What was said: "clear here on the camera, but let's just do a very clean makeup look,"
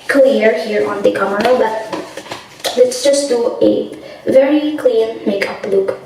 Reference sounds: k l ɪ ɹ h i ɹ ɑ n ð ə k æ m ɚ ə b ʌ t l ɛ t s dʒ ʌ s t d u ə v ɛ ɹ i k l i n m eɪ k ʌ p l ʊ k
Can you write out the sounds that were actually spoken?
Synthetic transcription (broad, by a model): k l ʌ ɹ h i ɹ ɑ n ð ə k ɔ m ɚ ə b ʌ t l ɛ t s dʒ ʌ s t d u ə v ɛ ɹ i k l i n m eɪ k ʌ p l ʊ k